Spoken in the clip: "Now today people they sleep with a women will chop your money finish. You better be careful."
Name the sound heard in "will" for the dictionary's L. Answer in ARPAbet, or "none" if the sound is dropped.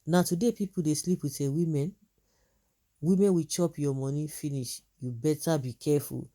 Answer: W